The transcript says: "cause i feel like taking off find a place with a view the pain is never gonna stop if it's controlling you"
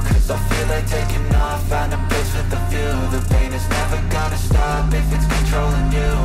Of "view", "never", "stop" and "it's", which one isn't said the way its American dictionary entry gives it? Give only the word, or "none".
view